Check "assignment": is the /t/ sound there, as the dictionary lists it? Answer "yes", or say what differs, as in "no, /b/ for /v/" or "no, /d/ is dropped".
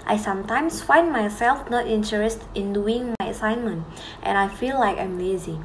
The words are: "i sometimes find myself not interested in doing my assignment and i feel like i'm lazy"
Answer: yes